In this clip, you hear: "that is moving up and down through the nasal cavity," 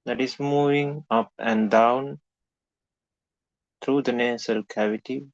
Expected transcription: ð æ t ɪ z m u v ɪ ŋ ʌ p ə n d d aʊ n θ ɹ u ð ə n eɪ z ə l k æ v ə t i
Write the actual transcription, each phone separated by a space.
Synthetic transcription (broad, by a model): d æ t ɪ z m u v ɪ ŋ ʌ p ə n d d aʊ n t ɹ u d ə n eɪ s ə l k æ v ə t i